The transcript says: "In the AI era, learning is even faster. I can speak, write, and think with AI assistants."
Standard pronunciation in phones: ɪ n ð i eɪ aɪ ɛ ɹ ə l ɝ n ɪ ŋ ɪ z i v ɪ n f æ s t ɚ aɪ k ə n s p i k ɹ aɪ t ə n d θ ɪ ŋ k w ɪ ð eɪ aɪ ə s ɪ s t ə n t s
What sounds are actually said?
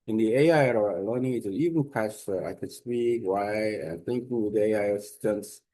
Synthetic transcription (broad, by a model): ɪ n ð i eɪ aɪ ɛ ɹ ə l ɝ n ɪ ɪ i v ɪ n p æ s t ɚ aɪ k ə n s p i k w aɪ ə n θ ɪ ŋ k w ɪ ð eɪ aɪ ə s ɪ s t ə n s